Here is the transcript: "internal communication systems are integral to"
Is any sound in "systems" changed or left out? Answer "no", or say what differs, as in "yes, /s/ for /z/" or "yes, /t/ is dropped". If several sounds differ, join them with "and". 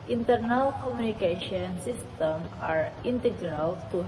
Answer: yes, /z/ is dropped